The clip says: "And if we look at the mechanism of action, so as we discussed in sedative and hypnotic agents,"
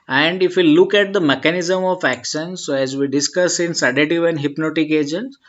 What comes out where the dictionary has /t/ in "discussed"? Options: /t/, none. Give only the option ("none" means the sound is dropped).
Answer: none